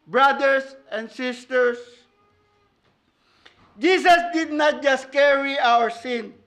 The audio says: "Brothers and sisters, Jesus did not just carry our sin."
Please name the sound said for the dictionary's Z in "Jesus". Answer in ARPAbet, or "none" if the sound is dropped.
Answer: S